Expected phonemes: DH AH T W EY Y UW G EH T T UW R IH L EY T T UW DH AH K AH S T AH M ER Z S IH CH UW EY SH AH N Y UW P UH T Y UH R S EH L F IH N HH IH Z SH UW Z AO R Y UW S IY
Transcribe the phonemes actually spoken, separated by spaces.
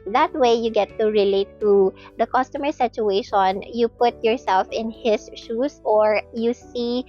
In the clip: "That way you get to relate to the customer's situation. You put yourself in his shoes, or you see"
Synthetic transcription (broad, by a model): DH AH T W EY Y UW G EH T T UW R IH L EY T T UW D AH K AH S T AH M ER S IH CH UW EY SH AH N Y UW P UH T Y UH R S EH L F IH N HH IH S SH UW S AO R Y UW S IY